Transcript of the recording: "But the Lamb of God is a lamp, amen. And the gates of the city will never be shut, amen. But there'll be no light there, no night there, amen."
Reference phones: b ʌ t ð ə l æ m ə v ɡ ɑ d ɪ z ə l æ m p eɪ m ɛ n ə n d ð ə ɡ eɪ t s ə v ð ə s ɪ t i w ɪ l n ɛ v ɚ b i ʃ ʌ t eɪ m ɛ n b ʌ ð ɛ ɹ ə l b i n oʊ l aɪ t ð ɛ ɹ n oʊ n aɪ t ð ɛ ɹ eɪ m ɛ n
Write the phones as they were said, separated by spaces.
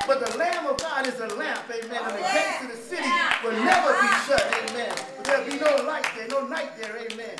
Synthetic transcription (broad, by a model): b ʌ t ð ə l æ m ə v ɡ ɑ d ɪ z ə l æ m p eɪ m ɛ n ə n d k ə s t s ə ð ə s ɪ t i w ɪ l n ɛ v ɚ b i ʃ ʌ t eɪ m ɛ n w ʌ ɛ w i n oʊ l aɪ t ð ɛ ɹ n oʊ n aɪ t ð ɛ ɹ eɪ m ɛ n